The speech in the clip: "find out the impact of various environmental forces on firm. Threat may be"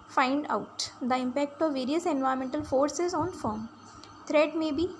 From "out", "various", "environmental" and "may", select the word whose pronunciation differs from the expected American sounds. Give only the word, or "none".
environmental